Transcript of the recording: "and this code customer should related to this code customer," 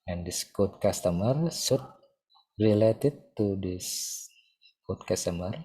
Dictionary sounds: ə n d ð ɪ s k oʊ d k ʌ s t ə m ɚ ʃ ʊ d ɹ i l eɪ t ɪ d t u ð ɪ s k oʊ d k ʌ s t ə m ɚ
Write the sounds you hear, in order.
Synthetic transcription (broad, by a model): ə n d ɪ s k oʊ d k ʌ s t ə m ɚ s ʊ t ɹ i l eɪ t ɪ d t u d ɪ s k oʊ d k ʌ s t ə m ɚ